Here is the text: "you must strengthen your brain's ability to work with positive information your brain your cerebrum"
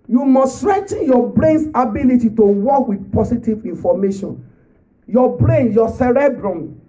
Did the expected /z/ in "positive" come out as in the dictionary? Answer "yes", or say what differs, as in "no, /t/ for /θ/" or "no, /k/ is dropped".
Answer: no, /s/ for /z/